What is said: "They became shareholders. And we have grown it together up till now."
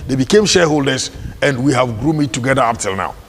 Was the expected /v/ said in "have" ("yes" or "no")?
yes